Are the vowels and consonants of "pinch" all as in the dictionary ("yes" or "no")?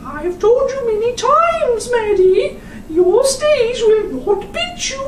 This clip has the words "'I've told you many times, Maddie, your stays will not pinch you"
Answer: no